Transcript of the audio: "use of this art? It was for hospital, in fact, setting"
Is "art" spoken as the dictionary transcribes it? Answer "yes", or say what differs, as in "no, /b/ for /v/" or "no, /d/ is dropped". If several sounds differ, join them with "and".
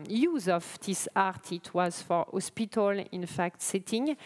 yes